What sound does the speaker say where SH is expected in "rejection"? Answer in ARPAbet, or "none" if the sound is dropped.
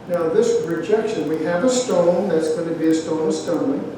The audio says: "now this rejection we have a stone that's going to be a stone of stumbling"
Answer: SH